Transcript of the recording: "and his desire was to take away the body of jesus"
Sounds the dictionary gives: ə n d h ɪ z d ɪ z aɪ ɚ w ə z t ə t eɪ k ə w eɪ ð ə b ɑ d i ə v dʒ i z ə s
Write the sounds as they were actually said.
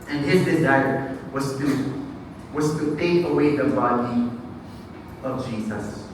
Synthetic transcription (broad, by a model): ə n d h ɪ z d ɪ z aɪ ɚ w ə z t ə t eɪ k ə w eɪ ð ə b ɑ d i ə v dʒ i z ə s